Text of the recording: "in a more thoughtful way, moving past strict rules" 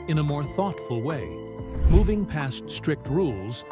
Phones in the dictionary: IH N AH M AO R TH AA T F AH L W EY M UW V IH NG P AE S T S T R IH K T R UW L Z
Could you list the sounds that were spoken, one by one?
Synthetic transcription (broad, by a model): IH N AH M AO R TH AA T F AH L W EY M UW V IH NG P AE S T S T R IH K T R UW L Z